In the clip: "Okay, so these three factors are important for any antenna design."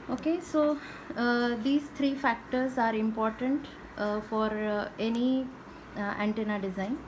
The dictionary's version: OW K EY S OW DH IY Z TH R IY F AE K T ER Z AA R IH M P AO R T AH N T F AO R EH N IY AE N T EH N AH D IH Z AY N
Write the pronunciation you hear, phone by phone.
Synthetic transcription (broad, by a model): OW K EY S OW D IY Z T R IY F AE K T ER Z AA R IH M P AO R T AH N T F AO R EH N IY AE N T EH N AH D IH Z AY N